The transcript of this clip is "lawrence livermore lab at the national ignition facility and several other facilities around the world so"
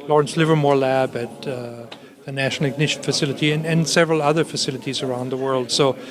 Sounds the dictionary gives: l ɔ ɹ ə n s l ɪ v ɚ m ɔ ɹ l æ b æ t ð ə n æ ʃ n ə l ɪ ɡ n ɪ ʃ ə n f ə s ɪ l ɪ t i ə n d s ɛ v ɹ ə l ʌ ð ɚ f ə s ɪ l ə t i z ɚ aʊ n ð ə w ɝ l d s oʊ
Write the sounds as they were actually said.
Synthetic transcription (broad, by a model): l ɔ ɹ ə n s l ɪ v ɚ m ɔ ɹ l æ b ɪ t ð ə n æ ʃ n l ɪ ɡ n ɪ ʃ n f ə s ɪ l ɪ t i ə n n s ɛ v ɹ ə l ʌ ð ɚ f ə s ɪ l ə t i z ɚ aʊ n ð ə w ɝ l d s oʊ